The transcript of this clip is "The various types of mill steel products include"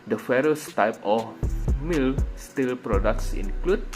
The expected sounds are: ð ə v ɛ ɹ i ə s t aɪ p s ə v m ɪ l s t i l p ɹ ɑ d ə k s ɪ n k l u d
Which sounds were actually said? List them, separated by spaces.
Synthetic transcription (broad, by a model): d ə f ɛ ɹ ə s t aɪ p ə f m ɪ l s t i l p ɹ ɑ d ə k s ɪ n k l u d